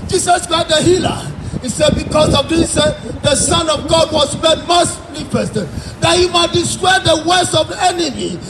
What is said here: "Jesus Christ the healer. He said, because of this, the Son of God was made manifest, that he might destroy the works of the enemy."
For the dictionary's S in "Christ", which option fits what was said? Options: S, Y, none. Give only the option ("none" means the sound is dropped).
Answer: none